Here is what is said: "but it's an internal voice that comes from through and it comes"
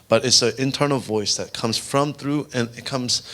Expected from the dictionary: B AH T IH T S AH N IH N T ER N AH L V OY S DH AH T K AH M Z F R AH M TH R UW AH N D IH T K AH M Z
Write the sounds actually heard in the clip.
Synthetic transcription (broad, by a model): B AH T IH T S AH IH N T ER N L V OY S DH AH T K AH M Z F R AH M TH R UW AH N IH T K AH M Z